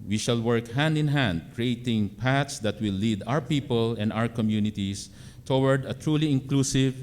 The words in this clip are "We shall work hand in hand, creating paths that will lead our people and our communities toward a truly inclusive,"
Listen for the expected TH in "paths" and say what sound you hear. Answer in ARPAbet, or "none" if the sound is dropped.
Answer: T